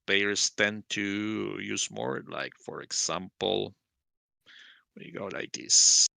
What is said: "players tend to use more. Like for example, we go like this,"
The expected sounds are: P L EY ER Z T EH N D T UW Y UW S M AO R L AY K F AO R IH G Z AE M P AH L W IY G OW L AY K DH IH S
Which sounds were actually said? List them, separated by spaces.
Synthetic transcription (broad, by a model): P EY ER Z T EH N T UW Y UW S M AO R L AY K F AO R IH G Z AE M P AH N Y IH G OW L AY K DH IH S